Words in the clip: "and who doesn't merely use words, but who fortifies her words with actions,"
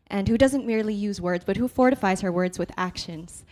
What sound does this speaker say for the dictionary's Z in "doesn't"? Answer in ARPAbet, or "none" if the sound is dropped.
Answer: Z